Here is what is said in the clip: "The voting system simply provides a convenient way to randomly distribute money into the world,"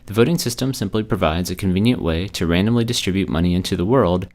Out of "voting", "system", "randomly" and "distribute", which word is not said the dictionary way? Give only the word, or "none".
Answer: none